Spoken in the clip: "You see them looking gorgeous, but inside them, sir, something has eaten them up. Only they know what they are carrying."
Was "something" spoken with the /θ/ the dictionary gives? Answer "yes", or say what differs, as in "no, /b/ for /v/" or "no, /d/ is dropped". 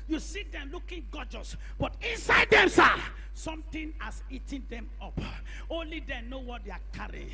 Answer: no, /t/ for /θ/